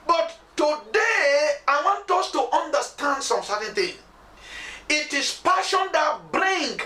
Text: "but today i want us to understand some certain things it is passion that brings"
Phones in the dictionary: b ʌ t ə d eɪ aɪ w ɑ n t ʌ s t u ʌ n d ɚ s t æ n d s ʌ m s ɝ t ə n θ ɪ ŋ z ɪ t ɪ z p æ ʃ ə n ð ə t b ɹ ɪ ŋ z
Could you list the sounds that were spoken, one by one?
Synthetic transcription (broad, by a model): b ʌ t ə d eɪ aɪ w ɑ n t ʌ s t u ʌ n d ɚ s t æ n d s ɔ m s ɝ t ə n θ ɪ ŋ ɪ t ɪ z p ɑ ʃ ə n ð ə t b ɹ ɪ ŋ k